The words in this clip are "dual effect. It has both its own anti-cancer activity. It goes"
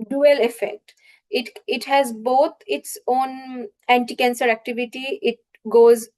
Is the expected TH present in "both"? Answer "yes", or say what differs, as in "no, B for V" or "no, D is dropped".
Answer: no, T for TH